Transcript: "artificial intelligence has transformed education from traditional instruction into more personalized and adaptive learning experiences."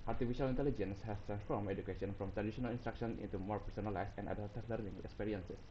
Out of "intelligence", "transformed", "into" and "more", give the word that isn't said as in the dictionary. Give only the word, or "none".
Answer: transformed